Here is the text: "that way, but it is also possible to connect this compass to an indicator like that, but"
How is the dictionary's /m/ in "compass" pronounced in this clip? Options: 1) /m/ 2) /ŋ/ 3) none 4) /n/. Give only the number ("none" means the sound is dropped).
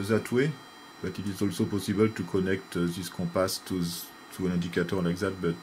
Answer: 3